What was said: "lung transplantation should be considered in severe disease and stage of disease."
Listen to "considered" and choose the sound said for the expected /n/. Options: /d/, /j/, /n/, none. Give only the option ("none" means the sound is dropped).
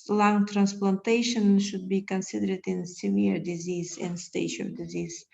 /n/